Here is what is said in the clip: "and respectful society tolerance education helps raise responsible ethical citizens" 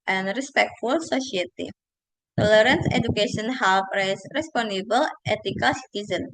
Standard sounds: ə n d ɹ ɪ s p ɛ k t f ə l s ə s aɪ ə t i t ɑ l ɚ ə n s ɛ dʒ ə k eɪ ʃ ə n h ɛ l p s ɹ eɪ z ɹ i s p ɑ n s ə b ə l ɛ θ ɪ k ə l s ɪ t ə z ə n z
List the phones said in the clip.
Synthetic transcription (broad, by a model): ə n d ɹ ɪ s p ɛ k t f ə l s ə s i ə t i t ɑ l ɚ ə n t ɛ dʒ ə k eɪ ʃ ə n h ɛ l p ɹ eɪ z ɹ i s p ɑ n ə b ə l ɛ t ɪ k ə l s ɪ t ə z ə n